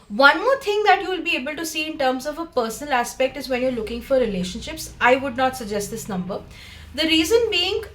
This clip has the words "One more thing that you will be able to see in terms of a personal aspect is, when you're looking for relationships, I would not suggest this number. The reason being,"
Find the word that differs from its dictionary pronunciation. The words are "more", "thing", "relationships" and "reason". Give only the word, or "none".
thing